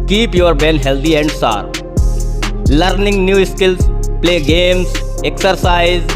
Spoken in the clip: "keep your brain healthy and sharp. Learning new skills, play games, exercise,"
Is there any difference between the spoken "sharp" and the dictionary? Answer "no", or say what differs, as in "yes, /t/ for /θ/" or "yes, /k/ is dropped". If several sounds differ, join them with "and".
yes, /s/ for /ʃ/